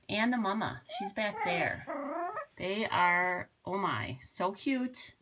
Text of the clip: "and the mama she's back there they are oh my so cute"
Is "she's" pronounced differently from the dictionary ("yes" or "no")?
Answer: no